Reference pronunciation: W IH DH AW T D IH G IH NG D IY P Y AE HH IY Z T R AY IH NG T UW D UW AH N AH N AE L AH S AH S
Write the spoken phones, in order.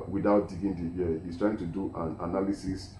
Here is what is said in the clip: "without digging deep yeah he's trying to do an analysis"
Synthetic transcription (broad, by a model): W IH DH AW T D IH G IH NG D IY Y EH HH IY S T R AY IH NG T UW D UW AH N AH N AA L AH S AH S